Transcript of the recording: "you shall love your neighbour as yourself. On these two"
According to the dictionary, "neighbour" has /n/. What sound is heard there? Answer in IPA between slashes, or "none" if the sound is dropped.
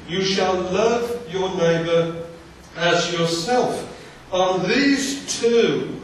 /n/